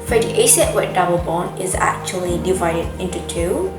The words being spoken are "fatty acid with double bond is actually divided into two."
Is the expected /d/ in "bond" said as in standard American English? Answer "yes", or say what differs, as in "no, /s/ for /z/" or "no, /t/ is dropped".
no, /d/ is dropped